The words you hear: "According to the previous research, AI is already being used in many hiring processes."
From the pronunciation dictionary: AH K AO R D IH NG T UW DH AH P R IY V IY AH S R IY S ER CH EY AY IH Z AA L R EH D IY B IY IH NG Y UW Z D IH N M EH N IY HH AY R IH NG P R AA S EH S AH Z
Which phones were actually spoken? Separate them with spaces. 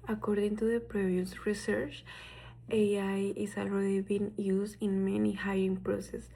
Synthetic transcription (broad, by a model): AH K AO R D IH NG T UW DH AH P R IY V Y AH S R IY S ER CH EY AY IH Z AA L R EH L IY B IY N Y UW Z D IH N M EH N IY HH AY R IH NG P R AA S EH S